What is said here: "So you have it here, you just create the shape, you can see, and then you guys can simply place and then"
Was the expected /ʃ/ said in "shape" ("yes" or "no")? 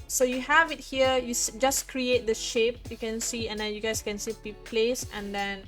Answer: yes